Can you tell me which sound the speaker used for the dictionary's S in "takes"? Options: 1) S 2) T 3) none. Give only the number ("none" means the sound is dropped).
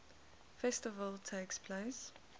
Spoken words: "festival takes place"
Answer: 1